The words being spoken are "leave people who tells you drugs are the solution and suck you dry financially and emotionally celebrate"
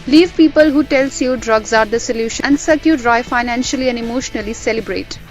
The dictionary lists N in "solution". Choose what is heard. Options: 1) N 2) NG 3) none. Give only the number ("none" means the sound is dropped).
3